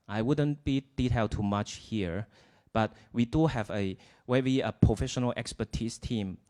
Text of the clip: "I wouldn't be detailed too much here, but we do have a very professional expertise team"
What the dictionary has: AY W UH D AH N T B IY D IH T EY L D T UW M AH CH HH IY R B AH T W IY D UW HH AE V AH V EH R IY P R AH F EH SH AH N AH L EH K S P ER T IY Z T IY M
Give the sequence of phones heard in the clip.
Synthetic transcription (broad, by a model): AY W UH D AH N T B IY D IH T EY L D T UW M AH CH HH IY R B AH T W IY D UW HH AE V AH W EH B IY P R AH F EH SH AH N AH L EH K S P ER T IY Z T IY M